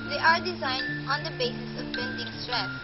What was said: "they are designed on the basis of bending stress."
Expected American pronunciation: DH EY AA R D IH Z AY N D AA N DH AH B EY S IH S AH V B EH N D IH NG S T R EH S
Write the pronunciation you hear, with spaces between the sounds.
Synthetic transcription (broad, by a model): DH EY AA R D IH Z AY N D AA N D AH B EY S IH S AH V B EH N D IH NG S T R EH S